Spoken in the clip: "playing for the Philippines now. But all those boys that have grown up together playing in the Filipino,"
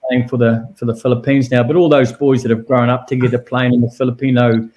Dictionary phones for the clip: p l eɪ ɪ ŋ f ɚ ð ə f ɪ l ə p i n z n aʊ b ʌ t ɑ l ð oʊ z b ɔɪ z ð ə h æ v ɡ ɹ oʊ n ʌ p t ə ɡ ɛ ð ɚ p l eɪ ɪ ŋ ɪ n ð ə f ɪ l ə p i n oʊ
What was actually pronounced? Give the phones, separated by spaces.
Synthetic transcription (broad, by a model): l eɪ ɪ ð f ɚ ð ə f ɪ l ə p i n z n aʊ b ʌ t ɑ l ð oʊ z b ɔɪ z ð ə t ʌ v ɡ ɹ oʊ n ʌ p t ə ɡ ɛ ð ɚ p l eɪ ɪ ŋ ɪ n ð ə f ɪ l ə p i n oʊ